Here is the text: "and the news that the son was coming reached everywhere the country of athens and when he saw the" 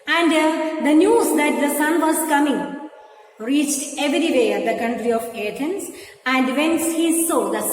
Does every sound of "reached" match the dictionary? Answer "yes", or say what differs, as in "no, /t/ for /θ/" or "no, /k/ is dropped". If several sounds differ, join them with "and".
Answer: yes